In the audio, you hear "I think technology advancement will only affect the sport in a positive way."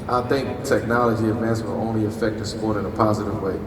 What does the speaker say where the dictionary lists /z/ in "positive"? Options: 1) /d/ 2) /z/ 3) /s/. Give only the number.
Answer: 2